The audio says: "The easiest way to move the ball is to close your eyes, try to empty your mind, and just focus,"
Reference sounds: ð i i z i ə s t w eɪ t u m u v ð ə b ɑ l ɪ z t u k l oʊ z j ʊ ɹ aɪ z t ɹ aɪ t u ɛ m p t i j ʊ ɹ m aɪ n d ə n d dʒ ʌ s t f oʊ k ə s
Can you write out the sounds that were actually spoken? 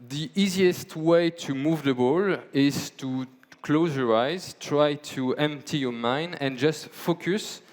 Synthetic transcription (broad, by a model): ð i i z i ə s t w eɪ t u m u v ð ə b ɑ l ɪ z t u k l oʊ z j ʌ ɹ aɪ z t ɹ aɪ t u ɛ m p t i j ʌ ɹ m aɪ n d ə n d dʒ ʌ s t f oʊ k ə s